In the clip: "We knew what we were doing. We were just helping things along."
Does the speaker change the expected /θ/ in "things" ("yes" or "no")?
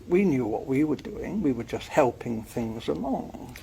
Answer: no